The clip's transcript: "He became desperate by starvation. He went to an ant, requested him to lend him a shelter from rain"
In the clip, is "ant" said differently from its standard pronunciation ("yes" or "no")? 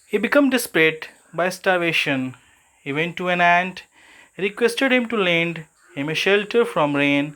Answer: no